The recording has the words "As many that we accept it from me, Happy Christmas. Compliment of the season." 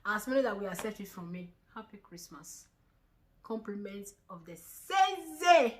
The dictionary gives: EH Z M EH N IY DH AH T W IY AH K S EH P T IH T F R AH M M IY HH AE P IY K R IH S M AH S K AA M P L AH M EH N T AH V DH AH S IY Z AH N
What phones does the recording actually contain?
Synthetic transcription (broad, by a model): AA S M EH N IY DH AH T W IY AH S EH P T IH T F R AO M M IY HH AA P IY K R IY S M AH S K AA M P L AH M EH N T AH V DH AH S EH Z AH